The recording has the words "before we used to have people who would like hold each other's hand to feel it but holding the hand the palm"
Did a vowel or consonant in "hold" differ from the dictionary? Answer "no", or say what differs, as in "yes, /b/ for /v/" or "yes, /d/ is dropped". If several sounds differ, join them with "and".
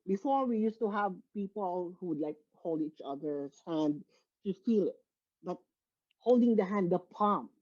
no